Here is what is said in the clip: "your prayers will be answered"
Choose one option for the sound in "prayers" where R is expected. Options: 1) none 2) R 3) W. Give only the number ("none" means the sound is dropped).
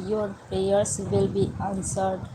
1